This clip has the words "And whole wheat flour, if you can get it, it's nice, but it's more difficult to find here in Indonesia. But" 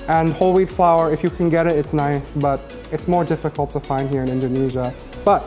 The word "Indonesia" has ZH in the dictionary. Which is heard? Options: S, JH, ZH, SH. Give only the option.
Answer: ZH